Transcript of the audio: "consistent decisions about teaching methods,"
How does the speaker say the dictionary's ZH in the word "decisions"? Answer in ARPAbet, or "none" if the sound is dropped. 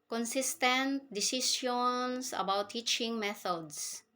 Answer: S